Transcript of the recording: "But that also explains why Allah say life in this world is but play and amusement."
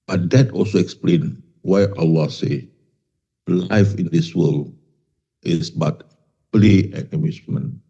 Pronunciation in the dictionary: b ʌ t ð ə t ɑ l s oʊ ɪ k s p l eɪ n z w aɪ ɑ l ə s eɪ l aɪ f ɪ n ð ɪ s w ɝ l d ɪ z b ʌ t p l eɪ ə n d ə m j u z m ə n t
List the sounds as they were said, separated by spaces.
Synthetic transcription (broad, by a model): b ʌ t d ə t ɑ l s oʊ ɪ k s p l eɪ n w aɪ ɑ l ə s eɪ l aɪ f ɪ n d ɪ s w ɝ l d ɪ s b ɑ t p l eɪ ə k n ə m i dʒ m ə n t